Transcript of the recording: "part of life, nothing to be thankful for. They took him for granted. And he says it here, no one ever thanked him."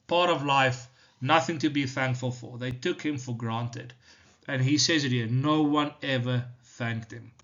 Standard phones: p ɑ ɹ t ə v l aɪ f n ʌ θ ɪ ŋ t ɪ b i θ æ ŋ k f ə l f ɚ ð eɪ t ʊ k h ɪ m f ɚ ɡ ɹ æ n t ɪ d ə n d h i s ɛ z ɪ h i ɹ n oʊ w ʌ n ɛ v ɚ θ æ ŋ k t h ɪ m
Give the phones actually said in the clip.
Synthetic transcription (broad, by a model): p ɑ ɹ t ə v l aɪ f n ʌ θ ɪ ŋ t ɪ b i θ æ ŋ k f ə l f ɚ ð eɪ t ʊ k h ɪ m f ɚ ɡ ɹ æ n t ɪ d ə n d h i s ɛ z ɪ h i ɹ n oʊ w ʌ n ɛ v ɚ θ æ ŋ k t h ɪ m